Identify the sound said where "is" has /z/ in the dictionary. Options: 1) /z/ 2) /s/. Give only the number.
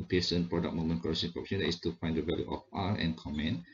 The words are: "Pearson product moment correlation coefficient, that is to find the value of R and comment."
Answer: 2